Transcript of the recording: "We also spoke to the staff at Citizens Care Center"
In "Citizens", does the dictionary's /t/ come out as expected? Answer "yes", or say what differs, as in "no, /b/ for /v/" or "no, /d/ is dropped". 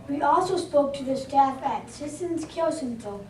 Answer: no, /s/ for /t/